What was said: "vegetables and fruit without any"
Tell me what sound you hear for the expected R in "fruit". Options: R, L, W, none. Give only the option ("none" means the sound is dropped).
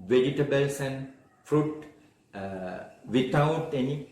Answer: R